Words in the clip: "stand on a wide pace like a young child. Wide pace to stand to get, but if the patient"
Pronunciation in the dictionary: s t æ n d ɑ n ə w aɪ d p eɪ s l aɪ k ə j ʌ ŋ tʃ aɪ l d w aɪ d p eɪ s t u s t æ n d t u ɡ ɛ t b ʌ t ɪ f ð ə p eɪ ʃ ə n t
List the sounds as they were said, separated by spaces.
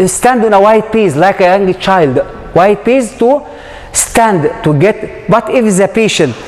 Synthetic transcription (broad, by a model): s t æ n d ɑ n ə w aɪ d p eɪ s l aɪ k ə j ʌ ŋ tʃ aɪ l d w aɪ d p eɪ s t u s t æ n d t u ɡ ɛ t b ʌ t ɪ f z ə p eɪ ʃ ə n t